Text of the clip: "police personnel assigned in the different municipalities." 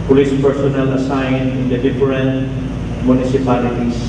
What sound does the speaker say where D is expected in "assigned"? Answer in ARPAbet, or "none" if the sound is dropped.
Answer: none